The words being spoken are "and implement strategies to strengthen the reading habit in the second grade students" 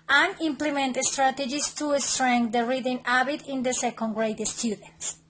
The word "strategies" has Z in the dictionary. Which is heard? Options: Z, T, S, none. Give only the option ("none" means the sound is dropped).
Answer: S